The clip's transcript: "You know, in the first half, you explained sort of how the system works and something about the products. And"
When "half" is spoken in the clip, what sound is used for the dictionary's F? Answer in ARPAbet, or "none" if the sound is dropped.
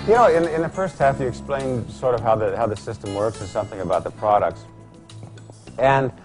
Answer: F